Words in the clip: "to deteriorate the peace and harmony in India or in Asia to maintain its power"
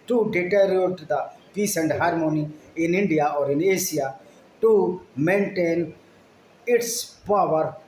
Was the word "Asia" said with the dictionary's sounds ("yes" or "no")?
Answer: no